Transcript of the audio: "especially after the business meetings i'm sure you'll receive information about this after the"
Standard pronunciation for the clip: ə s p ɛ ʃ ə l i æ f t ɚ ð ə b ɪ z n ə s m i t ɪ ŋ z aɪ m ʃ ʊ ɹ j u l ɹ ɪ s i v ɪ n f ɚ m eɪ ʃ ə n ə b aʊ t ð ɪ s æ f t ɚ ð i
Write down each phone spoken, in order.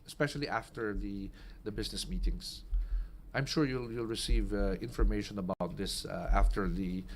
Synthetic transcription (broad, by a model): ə s p ɛ ʃ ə l i æ f t ɚ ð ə b ɪ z n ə s m i t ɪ ŋ s aɪ m ʃ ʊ ɹ j u l ɹ ɪ s i v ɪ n f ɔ m eɪ ʃ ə n ə b aʊ t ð ɪ s æ f t ɚ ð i